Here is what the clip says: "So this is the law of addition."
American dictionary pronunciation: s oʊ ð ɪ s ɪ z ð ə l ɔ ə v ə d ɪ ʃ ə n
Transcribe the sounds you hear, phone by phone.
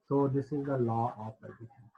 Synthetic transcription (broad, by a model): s oʊ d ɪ s ɪ z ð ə l ɔ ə p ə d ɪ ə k